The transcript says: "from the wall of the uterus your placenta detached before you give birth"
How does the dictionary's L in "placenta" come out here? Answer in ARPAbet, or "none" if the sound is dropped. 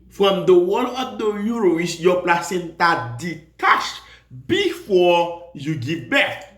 L